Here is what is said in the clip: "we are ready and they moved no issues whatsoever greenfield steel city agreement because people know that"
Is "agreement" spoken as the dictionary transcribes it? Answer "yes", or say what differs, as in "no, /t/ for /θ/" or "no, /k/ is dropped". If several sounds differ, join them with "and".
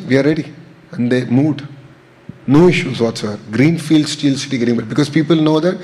no, /n/ is dropped